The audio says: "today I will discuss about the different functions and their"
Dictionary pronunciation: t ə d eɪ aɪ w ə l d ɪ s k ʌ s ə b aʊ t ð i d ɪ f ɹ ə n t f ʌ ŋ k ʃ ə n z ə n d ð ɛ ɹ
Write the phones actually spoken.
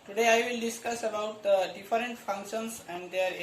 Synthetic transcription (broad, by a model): t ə d eɪ aɪ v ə l d ɪ s k ʌ s ə b aʊ t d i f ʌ ɹ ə n t f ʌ ŋ k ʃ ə n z ə n d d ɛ ɹ